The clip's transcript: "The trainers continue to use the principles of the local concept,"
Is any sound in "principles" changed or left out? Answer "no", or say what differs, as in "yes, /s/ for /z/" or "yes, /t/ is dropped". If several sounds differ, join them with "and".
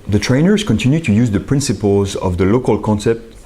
no